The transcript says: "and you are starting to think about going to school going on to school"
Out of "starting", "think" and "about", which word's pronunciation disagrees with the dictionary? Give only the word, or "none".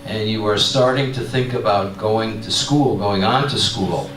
none